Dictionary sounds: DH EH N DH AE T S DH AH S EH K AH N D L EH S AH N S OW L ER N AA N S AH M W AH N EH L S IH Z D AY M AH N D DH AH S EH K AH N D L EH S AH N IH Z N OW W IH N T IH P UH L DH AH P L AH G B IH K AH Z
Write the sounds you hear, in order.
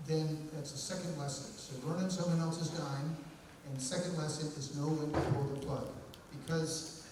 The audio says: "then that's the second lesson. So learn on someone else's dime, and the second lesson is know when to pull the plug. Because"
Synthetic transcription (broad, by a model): DH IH N DH AE T S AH S EH K AH N D L EH S AH N S OW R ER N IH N S AH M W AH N EH L S IH Z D AY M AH N DH AH S EH K AH N D L EH S AH N IH Z N OW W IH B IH F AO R DH AH P L AH G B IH K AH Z